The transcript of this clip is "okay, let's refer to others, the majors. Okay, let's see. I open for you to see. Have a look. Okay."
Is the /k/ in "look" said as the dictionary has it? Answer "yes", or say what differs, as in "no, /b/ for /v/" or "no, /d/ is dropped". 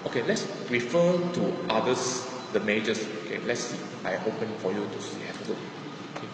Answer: no, /k/ is dropped